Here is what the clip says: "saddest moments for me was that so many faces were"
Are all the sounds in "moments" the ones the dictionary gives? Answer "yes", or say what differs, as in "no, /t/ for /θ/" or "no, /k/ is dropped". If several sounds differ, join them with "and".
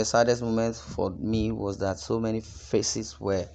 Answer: no, /s/ is dropped